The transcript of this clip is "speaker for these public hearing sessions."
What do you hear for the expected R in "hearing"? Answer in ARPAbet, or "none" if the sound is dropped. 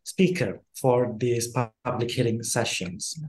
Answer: L